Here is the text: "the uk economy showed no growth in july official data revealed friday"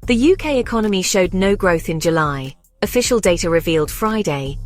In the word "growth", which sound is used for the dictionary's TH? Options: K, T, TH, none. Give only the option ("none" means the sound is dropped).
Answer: TH